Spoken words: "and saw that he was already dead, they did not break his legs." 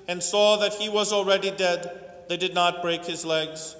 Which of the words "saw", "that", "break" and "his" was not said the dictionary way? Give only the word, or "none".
none